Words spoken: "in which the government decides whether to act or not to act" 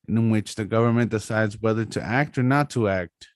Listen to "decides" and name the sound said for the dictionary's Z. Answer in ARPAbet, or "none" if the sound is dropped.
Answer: Z